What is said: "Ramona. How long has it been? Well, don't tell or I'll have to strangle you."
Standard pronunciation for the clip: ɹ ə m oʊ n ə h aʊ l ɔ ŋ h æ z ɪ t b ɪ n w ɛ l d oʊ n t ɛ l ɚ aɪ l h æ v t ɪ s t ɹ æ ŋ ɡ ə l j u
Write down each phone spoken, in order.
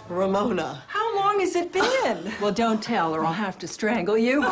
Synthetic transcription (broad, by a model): ɹ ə m oʊ n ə h aʊ l ɔ ŋ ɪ z ɪ t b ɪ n w ɛ l d oʊ n t ɛ l ɚ aɪ l h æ f t ɪ s t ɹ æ ŋ ɡ l j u